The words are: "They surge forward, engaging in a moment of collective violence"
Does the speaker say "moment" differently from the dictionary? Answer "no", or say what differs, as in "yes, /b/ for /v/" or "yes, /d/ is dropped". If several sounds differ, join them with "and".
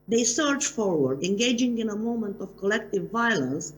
no